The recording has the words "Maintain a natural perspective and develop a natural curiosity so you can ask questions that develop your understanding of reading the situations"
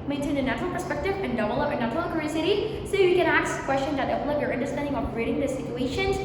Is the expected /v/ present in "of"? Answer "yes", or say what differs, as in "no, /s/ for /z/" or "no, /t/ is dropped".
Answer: no, /p/ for /v/